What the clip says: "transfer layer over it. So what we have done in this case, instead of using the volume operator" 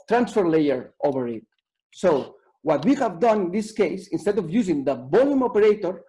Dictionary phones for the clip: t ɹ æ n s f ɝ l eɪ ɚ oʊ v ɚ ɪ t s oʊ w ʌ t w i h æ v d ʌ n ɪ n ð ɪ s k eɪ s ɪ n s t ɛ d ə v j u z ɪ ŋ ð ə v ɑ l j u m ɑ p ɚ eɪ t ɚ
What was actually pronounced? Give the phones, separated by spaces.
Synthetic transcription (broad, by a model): t ɹ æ n s f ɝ l eɪ ɚ oʊ v ɚ ɪ t s oʊ w ʌ t w i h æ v d ʌ n ɪ n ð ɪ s k eɪ s ɪ n s t ɛ d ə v j u z ɪ ŋ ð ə b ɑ l j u m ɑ p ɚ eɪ t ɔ